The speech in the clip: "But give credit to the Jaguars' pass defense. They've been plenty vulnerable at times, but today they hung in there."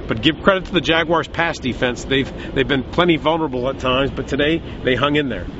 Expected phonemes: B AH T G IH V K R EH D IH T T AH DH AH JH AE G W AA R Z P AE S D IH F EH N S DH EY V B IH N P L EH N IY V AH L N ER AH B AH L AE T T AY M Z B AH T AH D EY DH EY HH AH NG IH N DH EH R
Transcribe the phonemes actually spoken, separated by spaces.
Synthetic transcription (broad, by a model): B AH T G IH V K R EH D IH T T AH DH AH JH AE G W AA R Z P AE S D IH F EH N S DH EY V B IH N P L EH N IY V AH L N ER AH B L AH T T AY M Z B AH T AH D EY DH EY HH AH NG IH N DH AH R